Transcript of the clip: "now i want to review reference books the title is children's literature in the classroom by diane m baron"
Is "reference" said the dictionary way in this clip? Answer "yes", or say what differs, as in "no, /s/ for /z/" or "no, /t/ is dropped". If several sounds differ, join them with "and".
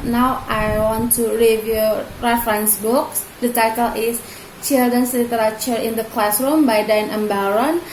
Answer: yes